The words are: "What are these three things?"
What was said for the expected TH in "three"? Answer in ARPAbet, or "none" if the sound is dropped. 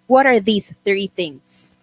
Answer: TH